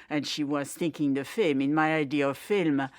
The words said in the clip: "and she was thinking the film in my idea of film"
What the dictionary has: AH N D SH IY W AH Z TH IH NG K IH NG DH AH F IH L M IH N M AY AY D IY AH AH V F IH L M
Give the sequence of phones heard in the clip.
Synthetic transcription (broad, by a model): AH N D SH IY W AH Z TH IH NG K IH NG DH AH F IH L M IH N M AY AY D IY AH AH V F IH L M